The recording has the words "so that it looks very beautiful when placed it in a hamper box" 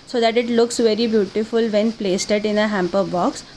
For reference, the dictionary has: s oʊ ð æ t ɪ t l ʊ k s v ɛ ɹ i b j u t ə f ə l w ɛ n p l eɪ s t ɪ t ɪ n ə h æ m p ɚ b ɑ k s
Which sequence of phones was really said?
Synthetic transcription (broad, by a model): s oʊ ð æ t ɪ t l ʊ k s v ɛ ɹ i b j u t ə f ə l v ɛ n p l eɪ s t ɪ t ɪ n ə h æ m p ɚ b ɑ k s